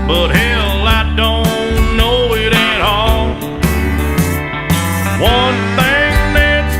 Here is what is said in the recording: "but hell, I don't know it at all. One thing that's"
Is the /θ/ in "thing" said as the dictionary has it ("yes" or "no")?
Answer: yes